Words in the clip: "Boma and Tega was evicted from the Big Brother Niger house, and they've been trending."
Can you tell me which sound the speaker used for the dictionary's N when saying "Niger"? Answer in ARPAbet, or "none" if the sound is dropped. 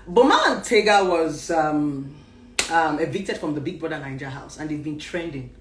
L